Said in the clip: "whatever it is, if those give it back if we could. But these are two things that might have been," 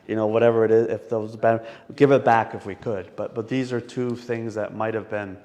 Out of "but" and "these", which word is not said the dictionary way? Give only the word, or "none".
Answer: none